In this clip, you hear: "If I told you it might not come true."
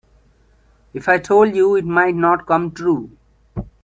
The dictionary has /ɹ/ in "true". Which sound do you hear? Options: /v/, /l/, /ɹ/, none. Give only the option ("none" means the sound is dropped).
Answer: /ɹ/